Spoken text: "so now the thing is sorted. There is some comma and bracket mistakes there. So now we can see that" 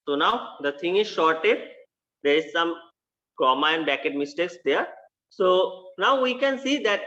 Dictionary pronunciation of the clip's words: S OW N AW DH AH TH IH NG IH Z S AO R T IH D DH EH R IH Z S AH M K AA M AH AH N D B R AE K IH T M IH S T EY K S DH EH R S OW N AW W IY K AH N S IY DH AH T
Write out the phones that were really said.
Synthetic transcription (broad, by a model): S OW N AW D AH T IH NG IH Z SH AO R T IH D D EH R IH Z S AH M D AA M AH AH N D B AE K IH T M IH S T EY K S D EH R S OW N AW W IY K AH N S IY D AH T